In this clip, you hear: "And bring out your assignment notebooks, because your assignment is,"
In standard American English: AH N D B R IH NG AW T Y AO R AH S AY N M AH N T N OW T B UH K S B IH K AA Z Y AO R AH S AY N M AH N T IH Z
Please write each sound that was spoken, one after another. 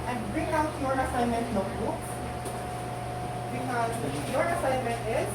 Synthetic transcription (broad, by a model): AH N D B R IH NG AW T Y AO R AH S AY N M AH N T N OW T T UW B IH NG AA Y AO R AH S AY N M AH N T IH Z